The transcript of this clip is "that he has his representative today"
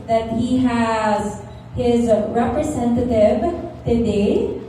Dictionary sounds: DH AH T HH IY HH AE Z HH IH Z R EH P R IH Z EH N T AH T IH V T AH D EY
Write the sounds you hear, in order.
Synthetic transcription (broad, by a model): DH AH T HH IY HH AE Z HH IH Z R EH P R IH Z EH N T AH T IH V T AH D EY